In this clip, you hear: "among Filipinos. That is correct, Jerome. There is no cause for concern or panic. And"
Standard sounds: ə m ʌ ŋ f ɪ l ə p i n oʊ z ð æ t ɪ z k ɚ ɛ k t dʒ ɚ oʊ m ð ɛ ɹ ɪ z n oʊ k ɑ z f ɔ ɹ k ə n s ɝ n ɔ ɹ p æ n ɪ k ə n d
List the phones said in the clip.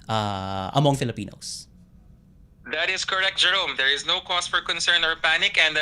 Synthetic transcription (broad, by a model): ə m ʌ ŋ f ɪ l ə p i n oʊ s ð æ t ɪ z k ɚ ɛ k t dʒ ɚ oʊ m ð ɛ ɹ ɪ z n oʊ k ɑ s f ɔ ɹ k ə n s ɝ n ɔ ɹ p æ n ɪ k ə n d